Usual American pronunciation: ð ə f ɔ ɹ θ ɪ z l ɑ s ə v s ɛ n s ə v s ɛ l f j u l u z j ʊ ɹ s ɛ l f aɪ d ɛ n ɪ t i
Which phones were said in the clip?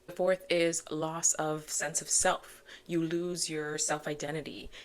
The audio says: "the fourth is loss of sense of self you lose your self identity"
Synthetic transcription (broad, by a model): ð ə f ɔ ɹ θ ɪ z l ɑ s ə v s ɛ n s ə v s ɛ l f j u l u z j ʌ ɹ s ɛ l f aɪ d ɛ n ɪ t i